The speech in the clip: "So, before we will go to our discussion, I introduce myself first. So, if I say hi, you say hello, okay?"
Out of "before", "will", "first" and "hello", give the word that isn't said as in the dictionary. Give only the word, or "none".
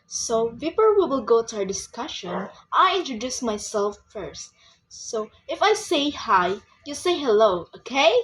before